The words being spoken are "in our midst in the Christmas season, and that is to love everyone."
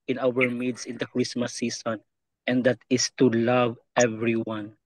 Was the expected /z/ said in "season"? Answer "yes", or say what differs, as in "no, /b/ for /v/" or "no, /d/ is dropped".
no, /s/ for /z/